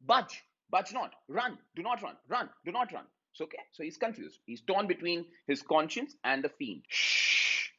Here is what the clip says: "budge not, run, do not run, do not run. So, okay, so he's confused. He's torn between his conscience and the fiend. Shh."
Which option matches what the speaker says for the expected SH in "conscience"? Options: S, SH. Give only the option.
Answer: SH